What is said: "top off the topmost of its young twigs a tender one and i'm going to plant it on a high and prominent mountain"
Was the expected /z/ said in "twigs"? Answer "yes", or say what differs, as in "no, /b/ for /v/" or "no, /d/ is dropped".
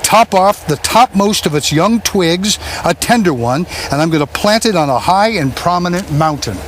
yes